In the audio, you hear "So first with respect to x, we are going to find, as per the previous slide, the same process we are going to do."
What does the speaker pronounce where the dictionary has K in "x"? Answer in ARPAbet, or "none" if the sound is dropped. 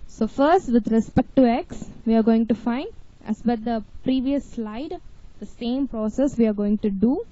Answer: K